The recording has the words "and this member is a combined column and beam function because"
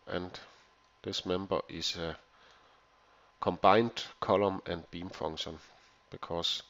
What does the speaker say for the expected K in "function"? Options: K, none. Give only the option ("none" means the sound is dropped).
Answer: none